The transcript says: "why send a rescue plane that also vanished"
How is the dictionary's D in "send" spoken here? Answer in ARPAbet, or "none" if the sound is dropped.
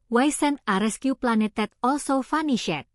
none